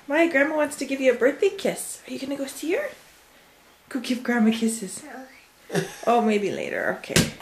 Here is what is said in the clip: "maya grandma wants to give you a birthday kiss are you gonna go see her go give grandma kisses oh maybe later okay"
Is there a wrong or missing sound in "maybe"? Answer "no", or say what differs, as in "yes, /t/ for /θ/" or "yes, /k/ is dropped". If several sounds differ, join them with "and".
no